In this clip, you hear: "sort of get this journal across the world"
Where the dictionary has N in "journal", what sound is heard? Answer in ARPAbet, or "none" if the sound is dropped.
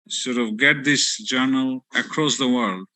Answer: N